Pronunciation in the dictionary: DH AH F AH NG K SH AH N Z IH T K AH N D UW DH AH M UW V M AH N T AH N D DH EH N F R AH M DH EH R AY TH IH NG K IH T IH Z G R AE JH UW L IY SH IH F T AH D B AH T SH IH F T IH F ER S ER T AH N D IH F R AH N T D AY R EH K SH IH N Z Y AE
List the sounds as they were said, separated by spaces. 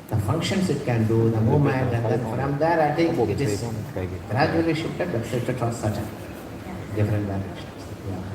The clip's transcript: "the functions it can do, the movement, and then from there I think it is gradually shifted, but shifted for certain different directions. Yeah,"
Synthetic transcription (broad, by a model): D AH F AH NG K SH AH N S IH T K AH N D UW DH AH M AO M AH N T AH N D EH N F R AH M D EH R AY T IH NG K IH T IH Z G R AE JH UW L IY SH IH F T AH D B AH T S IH T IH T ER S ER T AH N D IH F R AH N T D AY R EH K SH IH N S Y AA